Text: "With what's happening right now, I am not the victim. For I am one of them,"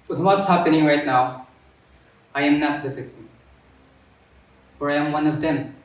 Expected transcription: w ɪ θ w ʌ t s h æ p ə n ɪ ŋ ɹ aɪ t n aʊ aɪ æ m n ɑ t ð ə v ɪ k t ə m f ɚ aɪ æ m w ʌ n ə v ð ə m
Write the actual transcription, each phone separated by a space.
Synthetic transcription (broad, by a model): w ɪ w ʌ t s h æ p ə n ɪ ŋ ɹ aɪ t n aʊ aɪ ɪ m n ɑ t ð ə f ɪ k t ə f ɚ aɪ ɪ m w ʌ n ə v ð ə m